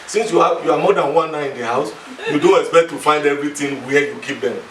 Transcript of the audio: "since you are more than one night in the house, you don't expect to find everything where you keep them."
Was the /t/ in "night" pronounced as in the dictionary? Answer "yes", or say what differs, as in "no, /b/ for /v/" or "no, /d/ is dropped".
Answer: no, /t/ is dropped